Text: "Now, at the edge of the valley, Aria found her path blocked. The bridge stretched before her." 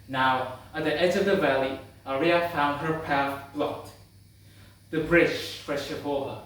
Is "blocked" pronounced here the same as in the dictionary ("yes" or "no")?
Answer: no